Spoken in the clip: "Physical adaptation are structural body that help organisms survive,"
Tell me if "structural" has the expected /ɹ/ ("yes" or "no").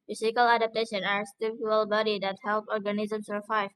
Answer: no